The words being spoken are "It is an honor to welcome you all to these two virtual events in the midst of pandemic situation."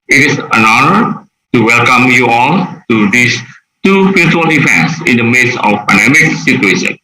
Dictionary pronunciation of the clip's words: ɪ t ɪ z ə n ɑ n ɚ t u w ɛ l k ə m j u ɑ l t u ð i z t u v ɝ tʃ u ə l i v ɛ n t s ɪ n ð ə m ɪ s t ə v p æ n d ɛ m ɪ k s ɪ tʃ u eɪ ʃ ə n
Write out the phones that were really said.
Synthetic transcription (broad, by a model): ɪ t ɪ s ə n ɑ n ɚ t u w ɛ l k ə m j u ɑ l t u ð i s t u p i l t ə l i v ɛ n t s ɪ n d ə m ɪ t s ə f p æ n d ɛ m ɪ k s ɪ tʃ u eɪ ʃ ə n